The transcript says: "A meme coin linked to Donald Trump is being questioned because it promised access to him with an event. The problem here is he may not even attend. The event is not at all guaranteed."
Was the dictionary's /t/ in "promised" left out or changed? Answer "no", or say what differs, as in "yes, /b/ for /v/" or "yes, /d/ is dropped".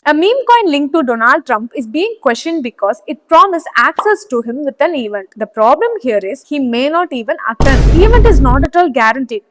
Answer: yes, /t/ is dropped